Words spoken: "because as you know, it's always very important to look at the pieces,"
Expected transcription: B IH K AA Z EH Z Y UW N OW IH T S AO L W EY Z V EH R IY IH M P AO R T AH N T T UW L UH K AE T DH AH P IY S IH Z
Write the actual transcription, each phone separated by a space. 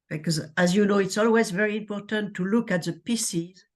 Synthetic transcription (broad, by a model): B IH K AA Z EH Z Y UW N OW IH T S AO L W EY Z V EH R IY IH M P AO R T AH N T T UW L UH K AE T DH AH P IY S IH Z